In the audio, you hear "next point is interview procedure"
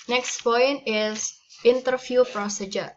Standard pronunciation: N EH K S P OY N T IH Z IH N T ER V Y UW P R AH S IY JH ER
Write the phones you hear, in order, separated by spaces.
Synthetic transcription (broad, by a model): N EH K S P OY N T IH S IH N T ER F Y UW P R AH S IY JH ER